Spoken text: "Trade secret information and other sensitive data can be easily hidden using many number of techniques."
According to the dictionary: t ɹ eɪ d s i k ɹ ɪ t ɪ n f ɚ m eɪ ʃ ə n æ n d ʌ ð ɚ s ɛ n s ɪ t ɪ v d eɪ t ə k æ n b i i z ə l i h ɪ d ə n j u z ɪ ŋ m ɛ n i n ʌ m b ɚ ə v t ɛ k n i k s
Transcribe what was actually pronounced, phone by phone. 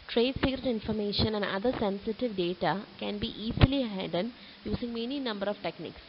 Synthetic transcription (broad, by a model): t ɹ eɪ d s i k ɹ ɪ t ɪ n f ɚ m eɪ ʃ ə n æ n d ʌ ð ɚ s ɛ n s ɪ t ɪ v d eɪ t ə k æ n b i i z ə l i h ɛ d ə n j u s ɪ ŋ m ɛ n i n ʌ m b ɚ ə v t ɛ k n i k s